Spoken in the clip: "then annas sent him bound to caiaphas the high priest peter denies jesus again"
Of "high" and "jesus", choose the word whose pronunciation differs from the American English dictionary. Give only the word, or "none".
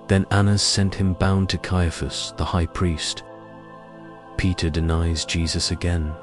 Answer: none